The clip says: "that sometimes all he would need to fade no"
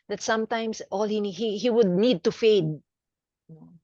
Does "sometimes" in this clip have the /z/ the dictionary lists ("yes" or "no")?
no